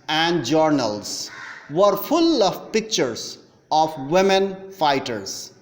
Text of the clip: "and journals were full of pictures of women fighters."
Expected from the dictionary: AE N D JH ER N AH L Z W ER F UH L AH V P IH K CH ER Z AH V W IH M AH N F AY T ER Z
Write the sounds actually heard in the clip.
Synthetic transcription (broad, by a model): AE N D JH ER N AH L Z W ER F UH L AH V P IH K CH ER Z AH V W IH M AH N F AY T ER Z